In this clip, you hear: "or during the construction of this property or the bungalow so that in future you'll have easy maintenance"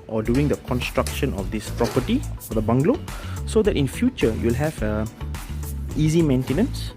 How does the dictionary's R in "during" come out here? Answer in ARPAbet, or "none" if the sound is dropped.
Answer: none